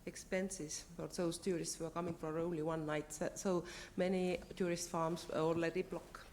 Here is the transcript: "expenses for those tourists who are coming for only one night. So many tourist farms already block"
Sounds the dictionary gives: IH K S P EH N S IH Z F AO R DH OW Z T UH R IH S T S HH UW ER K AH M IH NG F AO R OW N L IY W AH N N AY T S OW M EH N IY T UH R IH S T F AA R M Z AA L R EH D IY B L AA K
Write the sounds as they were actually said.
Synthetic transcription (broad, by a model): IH K S P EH N S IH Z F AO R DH OW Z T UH R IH S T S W ER K AH M IH NG F AO R OW N L IY W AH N N AY T S OW M EH N IY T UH R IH S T F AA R M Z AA L EH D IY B L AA K